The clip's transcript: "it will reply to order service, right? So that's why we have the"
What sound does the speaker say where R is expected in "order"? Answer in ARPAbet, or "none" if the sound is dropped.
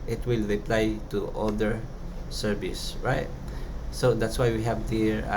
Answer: L